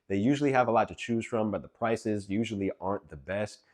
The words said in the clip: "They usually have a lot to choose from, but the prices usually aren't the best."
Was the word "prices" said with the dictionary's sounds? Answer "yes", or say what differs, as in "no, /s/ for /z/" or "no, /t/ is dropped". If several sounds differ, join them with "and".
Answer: yes